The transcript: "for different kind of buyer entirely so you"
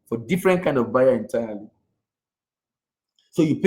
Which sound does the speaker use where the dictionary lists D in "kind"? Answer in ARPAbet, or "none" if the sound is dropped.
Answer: D